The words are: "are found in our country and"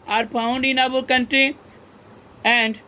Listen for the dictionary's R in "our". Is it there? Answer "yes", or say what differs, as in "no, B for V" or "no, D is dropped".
no, L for R